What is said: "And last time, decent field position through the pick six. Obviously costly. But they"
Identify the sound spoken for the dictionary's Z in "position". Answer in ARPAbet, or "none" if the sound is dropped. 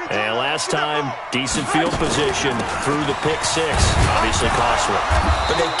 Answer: Z